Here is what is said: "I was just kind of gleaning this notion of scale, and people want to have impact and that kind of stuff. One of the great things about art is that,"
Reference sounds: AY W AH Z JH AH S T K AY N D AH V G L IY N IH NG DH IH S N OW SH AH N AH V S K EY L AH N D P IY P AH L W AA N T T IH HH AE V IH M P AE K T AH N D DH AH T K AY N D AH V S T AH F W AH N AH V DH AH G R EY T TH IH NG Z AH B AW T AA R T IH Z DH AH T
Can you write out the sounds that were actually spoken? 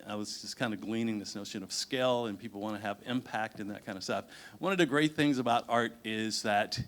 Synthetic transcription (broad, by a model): AY W AH Z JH AH S K AY N D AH G L IY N IH NG DH IH S N OW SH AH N AH V S K EY L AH N P IY P L W AA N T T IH V IH M P AE K T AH N DH AH T K AY N D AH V S T AH F W AH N AH V DH AH G R EY T TH IH NG Z AH B AW T AA R T IH Z DH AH T